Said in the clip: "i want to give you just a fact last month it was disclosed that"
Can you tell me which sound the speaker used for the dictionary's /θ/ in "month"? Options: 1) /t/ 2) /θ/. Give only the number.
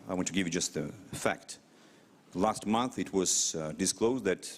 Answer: 2